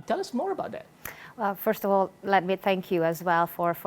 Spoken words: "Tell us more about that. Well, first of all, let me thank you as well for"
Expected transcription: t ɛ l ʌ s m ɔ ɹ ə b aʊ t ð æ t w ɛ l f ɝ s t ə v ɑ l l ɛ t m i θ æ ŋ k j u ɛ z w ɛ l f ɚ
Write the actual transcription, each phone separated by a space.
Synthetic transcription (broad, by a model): t ɛ l ʌ s m ɔ ɹ ə b aʊ t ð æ t w ɛ l f ɝ s t ə v ɑ l l ɛ t m i θ æ ŋ k j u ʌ z w ɛ l f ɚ